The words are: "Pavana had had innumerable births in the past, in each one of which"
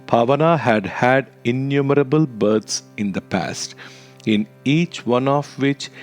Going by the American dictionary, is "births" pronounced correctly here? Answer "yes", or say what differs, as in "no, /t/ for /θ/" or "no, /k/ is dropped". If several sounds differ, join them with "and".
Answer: no, /t/ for /θ/